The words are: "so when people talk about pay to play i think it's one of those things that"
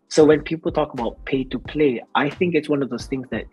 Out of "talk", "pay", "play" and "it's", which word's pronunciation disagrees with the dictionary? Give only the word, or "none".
none